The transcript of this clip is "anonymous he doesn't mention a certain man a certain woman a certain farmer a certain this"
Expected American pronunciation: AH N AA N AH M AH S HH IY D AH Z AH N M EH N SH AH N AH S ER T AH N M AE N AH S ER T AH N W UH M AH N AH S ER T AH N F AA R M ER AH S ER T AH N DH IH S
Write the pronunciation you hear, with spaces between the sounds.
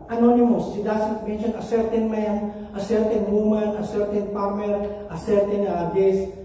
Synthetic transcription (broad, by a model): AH N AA N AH M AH S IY D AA S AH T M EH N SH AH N AH S ER T AH N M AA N AH S ER T AH N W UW M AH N AH S ER T AH N P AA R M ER AH S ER T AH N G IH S